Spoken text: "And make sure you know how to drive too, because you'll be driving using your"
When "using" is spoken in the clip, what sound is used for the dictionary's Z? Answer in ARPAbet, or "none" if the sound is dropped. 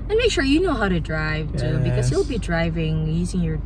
Z